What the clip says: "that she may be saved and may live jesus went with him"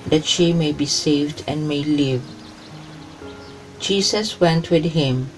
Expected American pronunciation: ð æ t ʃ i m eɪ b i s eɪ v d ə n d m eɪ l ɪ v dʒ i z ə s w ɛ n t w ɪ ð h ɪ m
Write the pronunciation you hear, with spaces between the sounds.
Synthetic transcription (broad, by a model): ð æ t ʃ i m eɪ b i s eɪ v d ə n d m eɪ l ɪ v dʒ i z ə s w ɛ n t w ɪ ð h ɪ m